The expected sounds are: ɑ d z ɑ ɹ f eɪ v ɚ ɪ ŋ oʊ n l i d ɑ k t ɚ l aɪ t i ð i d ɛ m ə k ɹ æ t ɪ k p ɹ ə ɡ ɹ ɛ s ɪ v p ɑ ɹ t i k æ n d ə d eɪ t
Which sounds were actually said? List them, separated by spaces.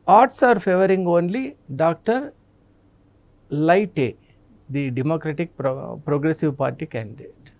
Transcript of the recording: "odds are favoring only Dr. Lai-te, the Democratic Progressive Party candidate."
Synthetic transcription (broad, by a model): ɑ d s ɑ ɹ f eɪ v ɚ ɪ ŋ oʊ n l i d ɑ k t ɚ l aɪ t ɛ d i d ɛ m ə k ɹ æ t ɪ k p ɹ ə ɡ ɹ ɛ s ɪ v p ɑ ɹ t i k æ n d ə d eɪ t